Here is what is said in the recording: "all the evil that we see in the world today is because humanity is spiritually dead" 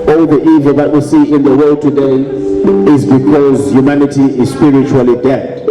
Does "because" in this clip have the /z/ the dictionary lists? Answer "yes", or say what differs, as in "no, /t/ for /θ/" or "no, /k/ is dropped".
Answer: yes